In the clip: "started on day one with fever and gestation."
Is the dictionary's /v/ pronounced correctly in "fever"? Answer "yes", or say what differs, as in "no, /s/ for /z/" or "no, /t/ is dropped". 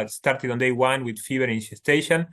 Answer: no, /b/ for /v/